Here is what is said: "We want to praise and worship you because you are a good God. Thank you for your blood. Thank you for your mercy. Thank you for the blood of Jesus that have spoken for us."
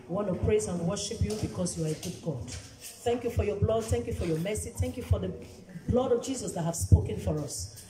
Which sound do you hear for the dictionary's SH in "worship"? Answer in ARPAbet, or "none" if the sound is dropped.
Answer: SH